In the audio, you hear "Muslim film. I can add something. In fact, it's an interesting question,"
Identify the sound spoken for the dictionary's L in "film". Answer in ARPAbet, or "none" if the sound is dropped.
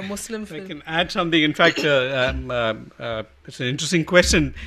none